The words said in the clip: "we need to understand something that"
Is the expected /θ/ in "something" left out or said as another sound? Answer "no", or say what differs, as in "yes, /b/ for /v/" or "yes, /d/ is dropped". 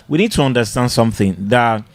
no